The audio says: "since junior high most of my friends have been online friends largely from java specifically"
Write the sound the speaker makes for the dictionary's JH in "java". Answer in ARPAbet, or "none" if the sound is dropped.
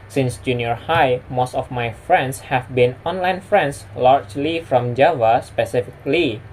JH